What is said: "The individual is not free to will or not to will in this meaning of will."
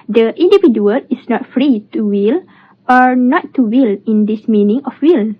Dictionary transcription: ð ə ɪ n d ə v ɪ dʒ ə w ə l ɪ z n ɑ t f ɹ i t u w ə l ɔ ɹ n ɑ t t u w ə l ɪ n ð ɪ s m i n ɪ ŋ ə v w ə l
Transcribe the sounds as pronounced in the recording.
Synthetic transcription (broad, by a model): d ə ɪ n d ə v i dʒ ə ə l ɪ s n ɑ t f ɹ i t u w ə l ɔ ɹ n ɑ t t u w ə l ɪ n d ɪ s m i n ɪ ŋ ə f w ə l